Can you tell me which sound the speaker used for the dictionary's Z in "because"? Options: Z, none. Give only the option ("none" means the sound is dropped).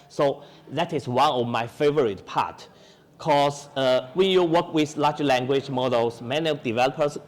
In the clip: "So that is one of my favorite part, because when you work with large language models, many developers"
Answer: none